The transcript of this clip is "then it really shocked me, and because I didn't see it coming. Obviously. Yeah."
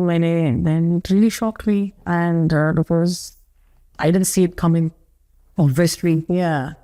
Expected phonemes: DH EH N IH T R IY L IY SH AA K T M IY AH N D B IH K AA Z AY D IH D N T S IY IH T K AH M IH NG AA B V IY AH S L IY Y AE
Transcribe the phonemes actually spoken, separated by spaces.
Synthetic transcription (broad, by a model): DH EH N IH T R IY L IY SH AA K T M IY AH N D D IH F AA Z AY D IH D N T S IY IH T K AH M IH NG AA V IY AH S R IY Y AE